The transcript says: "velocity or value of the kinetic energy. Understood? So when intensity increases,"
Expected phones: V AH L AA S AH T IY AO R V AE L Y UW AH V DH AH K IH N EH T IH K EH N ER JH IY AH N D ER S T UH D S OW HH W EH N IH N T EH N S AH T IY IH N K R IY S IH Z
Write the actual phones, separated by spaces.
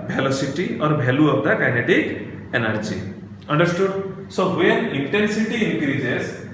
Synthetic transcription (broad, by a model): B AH L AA S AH T IY AO R B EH L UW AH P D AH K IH N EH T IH K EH N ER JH IY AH N D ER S T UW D S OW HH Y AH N IH N T EH N S AH T IY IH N K R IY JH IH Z